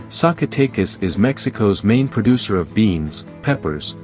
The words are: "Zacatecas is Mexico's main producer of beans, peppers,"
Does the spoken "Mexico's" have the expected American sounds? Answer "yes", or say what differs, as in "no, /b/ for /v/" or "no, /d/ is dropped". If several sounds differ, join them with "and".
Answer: yes